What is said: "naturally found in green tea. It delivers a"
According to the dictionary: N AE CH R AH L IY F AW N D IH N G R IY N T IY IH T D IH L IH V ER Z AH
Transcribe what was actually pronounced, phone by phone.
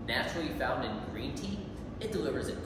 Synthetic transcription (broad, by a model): N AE CH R L IY F AW N D IH N G R IY N T IY IH T D IH L IH V ER Z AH